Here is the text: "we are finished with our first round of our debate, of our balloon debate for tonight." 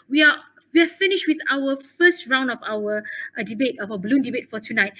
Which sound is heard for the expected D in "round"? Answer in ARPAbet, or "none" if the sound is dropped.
D